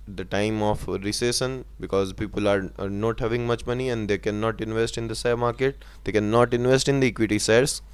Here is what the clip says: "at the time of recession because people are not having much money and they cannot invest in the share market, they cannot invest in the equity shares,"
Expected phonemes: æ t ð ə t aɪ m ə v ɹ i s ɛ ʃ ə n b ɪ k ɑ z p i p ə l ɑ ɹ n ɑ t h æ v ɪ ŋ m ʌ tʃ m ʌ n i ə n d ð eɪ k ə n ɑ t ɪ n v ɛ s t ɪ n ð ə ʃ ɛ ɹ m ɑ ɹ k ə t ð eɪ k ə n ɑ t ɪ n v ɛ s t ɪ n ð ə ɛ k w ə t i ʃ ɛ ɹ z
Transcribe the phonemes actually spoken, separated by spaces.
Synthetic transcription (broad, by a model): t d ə t aɪ m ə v ɹ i s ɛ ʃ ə n b ɪ k ɑ z p i p ə l ɑ ɹ n ɑ t h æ v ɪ ŋ m ʌ tʃ m ʌ n i ə n d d eɪ k ə n ɑ t ɪ n v ɛ s t ɪ n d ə s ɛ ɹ m ɑ ɹ k ə t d eɪ k ə n ɑ t ɪ n v ɛ s t ɪ n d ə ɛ k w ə t i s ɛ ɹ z